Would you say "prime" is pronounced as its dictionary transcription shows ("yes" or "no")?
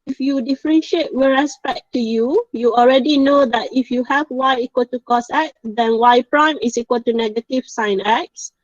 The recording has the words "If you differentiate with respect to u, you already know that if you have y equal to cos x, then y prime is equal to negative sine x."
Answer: yes